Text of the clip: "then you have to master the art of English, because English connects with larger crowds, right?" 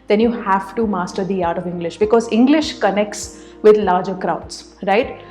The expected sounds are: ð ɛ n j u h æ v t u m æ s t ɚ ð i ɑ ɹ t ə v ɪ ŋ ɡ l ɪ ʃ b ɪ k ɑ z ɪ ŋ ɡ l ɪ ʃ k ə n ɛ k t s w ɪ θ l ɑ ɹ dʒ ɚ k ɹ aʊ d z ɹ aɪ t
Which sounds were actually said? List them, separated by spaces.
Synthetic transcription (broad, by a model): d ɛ n j u h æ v t u m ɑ s t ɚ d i ɑ ɹ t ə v ɪ ŋ ɡ l ɪ ʃ b ɪ k ɑ z ɪ ŋ ɡ l ɪ ʃ k ə n ɛ k t s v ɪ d l ɑ ɹ dʒ ɚ k ɹ aʊ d s ɹ aɪ t